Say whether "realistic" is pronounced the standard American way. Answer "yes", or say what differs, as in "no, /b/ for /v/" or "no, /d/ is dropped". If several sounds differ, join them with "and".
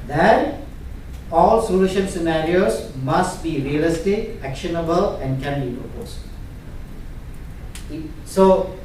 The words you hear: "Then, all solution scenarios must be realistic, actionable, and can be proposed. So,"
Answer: no, /k/ is dropped